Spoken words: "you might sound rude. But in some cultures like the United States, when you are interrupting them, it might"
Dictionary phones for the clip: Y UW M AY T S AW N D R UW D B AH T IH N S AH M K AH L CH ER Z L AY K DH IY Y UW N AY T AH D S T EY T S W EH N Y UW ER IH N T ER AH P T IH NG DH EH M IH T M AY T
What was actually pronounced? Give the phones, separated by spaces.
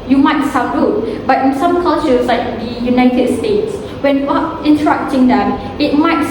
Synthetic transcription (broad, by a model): Y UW M AY T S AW D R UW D B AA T IH N S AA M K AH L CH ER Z L AY K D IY Y UW N AY T AH D S T EY T S W EH N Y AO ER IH N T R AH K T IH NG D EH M IH T M AY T